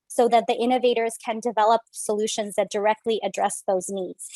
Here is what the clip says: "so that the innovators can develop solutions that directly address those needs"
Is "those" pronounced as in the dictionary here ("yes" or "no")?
yes